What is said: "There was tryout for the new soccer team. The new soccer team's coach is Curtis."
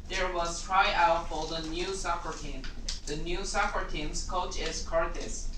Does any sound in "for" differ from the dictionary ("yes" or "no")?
yes